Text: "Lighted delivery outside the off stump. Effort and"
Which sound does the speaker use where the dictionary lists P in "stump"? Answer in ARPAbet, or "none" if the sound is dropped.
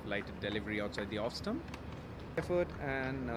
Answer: none